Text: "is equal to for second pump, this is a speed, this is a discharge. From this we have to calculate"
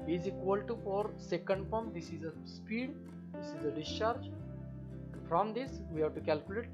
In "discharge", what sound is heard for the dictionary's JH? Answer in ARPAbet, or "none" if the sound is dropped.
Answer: JH